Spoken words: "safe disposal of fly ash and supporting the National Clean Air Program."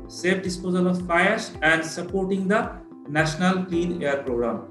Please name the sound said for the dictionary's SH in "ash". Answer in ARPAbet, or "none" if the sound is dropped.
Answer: S